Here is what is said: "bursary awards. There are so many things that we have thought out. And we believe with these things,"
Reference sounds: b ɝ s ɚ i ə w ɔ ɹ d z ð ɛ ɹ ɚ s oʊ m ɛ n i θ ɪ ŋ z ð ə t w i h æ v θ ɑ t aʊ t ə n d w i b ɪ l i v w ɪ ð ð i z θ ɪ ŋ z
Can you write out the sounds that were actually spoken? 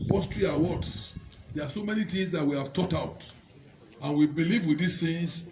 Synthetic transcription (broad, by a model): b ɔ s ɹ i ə w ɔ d s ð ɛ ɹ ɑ s oʊ m ɛ n i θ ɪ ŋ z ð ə t w i h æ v t ɑ t aʊ t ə n w i b ɪ l i v w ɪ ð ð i s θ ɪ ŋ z